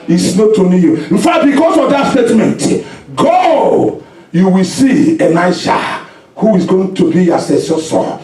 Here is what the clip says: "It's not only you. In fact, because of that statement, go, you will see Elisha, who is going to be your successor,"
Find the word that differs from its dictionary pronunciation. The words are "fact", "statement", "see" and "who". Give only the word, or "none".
fact